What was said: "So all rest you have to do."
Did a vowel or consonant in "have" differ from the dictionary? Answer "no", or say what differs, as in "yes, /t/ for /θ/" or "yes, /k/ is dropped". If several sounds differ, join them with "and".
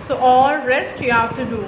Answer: yes, /f/ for /v/